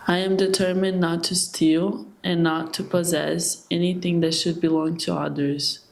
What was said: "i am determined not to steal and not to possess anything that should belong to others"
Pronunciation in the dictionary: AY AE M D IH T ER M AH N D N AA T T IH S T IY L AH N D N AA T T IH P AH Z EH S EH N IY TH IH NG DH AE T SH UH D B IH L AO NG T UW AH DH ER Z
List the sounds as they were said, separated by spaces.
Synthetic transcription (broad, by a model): AY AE M D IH T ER M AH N N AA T T IH S T IY L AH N N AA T T IH P AH Z EH S EH N IY TH IH NG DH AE T SH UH D B IH L AO NG T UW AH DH ER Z